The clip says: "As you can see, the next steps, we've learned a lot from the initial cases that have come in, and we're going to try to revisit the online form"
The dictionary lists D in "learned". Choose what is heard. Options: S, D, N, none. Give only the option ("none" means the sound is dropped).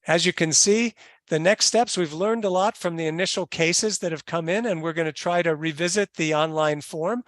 D